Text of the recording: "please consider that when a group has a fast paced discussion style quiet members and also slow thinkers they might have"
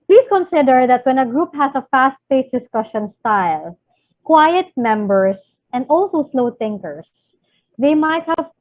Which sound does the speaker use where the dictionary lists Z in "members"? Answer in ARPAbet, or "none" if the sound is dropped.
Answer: S